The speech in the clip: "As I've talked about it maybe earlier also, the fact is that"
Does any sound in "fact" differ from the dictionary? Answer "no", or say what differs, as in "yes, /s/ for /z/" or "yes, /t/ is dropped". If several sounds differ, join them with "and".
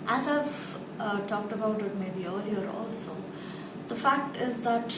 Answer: no